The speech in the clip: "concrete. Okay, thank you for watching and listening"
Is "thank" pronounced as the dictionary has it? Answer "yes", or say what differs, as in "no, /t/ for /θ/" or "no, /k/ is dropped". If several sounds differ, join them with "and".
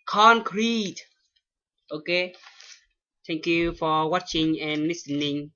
no, /t/ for /θ/